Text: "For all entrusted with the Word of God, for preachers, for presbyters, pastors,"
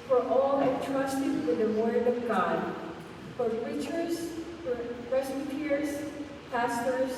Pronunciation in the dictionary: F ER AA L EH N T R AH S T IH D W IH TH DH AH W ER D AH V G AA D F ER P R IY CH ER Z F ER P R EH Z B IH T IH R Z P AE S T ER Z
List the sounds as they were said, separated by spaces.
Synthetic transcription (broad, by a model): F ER AA L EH T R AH S T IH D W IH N DH AH W ER D AH V G AA D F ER P R IY CH ER Z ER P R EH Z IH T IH R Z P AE S T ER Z